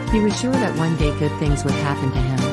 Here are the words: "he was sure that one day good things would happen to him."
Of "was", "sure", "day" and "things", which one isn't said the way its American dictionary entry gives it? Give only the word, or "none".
none